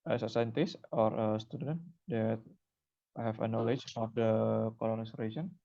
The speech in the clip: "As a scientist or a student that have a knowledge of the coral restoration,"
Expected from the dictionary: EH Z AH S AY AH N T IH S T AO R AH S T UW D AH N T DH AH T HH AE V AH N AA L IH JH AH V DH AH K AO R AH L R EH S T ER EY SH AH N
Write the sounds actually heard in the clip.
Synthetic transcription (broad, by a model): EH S AH S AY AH N T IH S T AO R AH S T UW D AH N T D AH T HH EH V AH N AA L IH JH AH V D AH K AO L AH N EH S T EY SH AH N